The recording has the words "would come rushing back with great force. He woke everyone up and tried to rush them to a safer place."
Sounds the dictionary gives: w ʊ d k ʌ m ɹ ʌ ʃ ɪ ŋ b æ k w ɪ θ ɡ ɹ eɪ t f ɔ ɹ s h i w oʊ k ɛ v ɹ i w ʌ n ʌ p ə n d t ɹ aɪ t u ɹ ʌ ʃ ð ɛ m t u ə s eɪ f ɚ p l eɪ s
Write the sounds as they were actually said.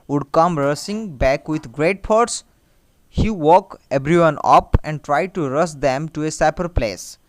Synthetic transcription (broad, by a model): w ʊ d k ʌ m ɹ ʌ s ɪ ŋ b æ k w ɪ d ɡ ɹ eɪ t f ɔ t s h i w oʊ k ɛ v ɹ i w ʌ n ʌ p ə n d t ɹ aɪ t u ɹ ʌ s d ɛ m t u ə s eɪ p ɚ p l eɪ s